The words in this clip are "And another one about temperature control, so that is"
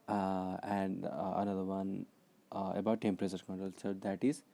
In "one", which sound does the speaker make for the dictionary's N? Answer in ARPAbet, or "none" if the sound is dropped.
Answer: N